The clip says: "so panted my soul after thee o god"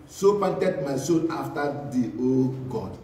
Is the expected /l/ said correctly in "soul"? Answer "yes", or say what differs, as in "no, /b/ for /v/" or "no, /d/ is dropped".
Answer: no, /n/ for /l/